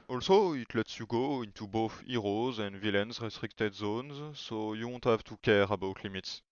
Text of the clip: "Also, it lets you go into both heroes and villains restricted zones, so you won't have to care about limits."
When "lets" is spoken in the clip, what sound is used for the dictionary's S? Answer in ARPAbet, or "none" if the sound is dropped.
S